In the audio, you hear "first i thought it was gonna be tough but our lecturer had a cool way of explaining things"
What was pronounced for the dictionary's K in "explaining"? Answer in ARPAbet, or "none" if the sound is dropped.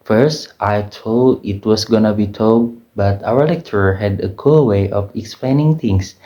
K